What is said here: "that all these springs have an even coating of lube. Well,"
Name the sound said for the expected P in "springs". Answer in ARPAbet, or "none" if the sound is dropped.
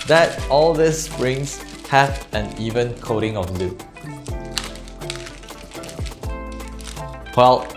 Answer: none